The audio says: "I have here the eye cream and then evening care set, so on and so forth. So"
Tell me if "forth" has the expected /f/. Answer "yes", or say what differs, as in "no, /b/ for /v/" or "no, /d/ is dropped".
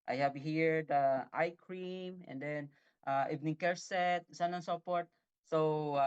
no, /p/ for /f/